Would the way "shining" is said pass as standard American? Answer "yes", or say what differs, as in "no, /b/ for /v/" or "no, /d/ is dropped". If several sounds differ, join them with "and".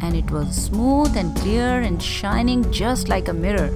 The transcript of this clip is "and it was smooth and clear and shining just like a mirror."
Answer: yes